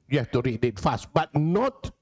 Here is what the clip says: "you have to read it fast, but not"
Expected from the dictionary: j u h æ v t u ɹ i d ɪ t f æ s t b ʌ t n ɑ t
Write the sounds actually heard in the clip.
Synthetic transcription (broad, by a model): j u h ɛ f t u ɹ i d ɪ t f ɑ s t b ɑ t n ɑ t